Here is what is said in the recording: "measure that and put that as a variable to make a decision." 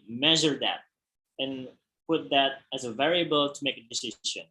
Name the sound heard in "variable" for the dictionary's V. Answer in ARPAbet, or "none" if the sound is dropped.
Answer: V